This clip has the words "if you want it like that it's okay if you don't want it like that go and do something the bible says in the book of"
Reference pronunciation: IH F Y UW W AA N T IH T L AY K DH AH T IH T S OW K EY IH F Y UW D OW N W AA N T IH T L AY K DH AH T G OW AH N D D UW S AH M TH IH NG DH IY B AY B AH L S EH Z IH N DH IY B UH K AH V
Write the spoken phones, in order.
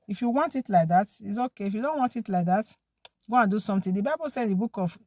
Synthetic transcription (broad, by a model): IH F Y UW W AA N T IH T L AY K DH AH T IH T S OW K EY IH F Y UW D OW N W AA N T IH T L AY K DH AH T G OW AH N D D UW S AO M T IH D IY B AY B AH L S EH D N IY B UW K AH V